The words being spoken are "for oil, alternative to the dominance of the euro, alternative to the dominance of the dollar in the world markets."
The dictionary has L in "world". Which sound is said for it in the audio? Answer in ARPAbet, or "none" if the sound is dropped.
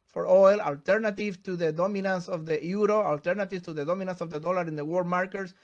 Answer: none